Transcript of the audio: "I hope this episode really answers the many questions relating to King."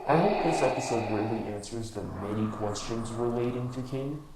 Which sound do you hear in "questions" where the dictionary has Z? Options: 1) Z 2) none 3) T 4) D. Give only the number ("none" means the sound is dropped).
1